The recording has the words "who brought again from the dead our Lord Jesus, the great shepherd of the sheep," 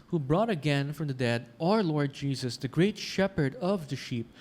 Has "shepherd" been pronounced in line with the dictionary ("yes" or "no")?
yes